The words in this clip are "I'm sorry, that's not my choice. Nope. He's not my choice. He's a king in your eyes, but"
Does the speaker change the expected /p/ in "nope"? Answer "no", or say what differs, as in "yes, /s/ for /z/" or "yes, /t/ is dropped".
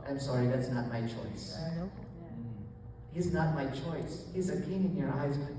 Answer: yes, /f/ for /p/